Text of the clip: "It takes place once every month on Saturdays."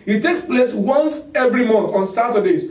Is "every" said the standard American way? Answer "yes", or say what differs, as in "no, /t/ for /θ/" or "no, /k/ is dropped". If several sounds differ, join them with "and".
yes